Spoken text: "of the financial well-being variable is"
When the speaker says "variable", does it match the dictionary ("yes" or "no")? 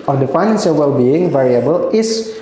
yes